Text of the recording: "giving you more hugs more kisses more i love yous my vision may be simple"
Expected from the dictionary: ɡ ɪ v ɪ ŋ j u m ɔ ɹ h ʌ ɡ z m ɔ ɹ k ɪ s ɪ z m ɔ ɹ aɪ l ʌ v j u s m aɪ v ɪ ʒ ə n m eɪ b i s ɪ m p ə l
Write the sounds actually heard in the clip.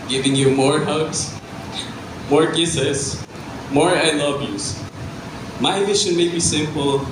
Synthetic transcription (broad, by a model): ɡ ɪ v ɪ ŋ j u m ɔ ɹ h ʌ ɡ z m ɔ ɹ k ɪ s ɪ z m ɔ ɹ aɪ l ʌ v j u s m aɪ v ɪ ʃ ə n m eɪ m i s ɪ m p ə l